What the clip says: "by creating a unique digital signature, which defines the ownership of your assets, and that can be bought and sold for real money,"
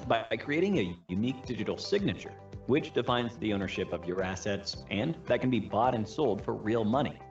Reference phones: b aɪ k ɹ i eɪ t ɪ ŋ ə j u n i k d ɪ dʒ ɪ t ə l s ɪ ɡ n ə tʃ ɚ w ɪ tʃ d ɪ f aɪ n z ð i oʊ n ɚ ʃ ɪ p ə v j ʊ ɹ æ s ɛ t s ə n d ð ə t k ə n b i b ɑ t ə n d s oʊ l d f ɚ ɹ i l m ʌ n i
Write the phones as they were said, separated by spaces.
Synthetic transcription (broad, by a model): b aɪ k ɹ i eɪ t ɪ ŋ ə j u n i k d ɪ dʒ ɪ t l s ɪ ɡ n ə tʃ ɚ w ɪ tʃ d ɪ f aɪ n z ð i oʊ n ɚ ʃ ɪ p ə v j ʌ ɹ æ s ɛ t s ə n ð ə t k n b i b ɑ t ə n s oʊ l d f ɚ ɹ i l m ʌ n i